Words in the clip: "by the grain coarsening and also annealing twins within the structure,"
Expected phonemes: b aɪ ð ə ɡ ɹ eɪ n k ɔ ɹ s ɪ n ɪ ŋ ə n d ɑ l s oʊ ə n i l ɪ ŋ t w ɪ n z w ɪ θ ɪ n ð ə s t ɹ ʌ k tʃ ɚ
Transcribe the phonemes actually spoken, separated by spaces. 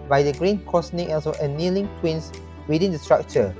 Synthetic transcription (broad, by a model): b aɪ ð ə ɡ ɹ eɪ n k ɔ s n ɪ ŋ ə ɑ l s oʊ ə n i l ɪ ŋ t w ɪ n s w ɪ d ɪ n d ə s t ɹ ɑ k tʃ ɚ